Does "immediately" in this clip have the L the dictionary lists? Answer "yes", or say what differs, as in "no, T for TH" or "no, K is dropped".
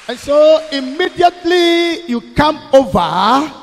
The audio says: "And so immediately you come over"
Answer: yes